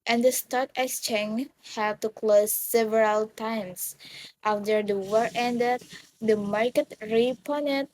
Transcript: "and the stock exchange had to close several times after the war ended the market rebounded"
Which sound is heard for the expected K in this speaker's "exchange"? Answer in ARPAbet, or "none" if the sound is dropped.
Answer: none